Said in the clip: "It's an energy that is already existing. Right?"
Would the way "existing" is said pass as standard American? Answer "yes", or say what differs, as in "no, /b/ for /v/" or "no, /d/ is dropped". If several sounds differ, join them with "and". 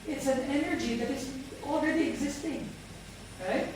yes